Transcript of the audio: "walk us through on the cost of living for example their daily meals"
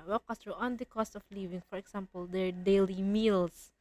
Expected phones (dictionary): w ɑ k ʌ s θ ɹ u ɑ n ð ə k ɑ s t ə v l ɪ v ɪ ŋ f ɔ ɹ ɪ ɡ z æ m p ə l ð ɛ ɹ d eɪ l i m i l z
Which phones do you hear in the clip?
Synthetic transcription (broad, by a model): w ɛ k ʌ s t ɹ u ɑ n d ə k ɑ s t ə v l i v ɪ ŋ f ɔ ɹ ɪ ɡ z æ m p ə l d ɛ ɹ d eɪ l i m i l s